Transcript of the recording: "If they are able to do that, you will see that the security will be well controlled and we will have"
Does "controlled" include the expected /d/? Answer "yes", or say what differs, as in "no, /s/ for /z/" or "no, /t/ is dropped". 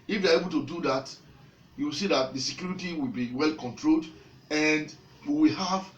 yes